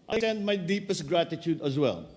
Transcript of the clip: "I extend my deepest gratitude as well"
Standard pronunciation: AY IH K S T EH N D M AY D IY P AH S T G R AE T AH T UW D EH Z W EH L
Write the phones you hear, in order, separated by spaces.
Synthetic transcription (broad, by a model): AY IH S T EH N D M AY D IY P AH S T G R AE T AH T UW D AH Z W EH L